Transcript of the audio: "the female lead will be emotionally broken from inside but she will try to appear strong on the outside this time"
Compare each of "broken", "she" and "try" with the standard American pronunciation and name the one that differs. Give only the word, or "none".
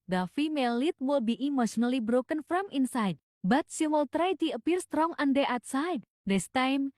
she